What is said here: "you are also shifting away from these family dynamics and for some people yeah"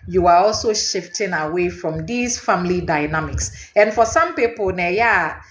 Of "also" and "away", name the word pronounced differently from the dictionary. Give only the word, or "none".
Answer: none